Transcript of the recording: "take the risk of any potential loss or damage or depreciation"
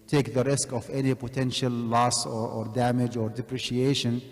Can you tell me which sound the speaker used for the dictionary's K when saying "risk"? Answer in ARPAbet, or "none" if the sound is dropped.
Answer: K